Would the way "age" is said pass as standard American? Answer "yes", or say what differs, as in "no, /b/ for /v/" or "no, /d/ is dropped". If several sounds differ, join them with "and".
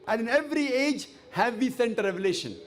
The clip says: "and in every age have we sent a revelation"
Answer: yes